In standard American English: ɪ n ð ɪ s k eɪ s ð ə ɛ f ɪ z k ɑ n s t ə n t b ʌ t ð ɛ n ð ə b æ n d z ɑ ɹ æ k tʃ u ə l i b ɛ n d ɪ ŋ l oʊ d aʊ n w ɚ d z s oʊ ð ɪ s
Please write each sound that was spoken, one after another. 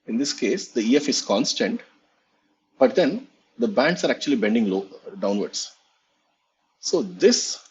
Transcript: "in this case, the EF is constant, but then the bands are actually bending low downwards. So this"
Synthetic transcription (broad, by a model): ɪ n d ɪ s k eɪ s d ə ɛ f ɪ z k ɑ n s t ə n t b ʌ t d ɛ n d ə b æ n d s ɑ ɹ æ k tʃ u ə l i b ɛ n d ɪ ŋ l oʊ d aʊ n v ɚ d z s oʊ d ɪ s